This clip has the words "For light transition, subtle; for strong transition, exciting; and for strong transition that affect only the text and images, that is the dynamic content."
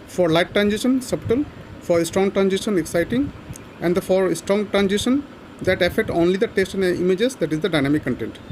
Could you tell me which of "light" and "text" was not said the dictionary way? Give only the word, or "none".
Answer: text